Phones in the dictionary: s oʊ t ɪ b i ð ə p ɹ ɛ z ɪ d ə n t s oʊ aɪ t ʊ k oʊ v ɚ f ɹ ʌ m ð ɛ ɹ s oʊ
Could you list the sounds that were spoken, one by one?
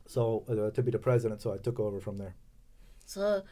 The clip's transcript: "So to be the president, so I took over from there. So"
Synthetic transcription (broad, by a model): s oʊ t ɪ b i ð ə p ɹ ɛ z ɪ d ə n t s oʊ aɪ t ʊ k oʊ v ɚ f ɹ ʌ m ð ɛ ɹ s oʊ